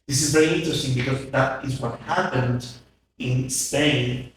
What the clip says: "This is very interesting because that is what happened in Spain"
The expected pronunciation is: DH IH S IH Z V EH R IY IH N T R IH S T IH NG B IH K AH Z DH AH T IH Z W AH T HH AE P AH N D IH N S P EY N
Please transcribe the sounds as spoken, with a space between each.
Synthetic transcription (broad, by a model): DH IH S IH Z V EH R IY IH N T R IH S T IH NG B IH K AH Z DH AH T IH Z W AH T HH AE P AH N D IH N S P EY N